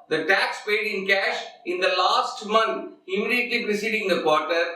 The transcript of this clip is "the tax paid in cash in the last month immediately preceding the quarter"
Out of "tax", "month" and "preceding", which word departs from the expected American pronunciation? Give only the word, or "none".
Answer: month